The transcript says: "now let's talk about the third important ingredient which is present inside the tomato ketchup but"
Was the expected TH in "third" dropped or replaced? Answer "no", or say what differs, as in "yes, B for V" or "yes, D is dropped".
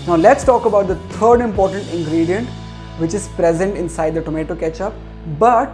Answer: yes, T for TH